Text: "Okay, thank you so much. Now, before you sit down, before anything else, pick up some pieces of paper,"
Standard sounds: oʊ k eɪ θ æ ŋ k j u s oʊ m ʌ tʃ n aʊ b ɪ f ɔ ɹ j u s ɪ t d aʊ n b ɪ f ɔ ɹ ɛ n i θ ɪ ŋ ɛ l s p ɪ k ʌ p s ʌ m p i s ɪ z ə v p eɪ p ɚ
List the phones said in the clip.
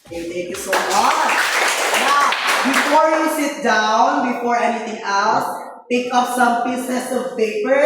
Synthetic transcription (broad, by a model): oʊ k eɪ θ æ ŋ k j u s oʊ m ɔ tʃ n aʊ b ɪ f ɔ ɹ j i s ɪ t d aʊ n b ɪ f ɔ ɹ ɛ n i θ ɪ ŋ ɛ l s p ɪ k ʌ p s ʌ m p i s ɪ s ə v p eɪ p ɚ